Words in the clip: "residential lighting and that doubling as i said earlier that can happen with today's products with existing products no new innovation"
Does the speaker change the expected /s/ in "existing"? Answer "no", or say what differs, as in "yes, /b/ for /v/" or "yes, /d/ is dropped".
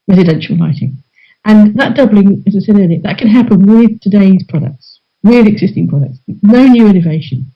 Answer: no